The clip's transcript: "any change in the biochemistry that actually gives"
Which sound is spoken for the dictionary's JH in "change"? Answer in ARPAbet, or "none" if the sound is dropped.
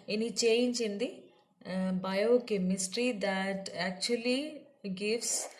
CH